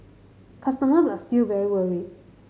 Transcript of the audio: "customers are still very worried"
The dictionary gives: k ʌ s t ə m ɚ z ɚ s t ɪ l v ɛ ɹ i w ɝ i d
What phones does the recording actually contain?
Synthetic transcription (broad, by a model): k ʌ s t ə m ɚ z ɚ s t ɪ l v ɛ ɹ i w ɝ i